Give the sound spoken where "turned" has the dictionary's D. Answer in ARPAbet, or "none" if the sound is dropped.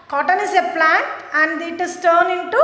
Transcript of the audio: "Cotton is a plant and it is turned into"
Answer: none